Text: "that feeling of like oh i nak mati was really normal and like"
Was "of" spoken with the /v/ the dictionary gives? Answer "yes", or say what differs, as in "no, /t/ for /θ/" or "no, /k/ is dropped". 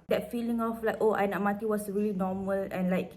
no, /f/ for /v/